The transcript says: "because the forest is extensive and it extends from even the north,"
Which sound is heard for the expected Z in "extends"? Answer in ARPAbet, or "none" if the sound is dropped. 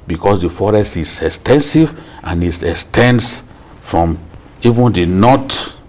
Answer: S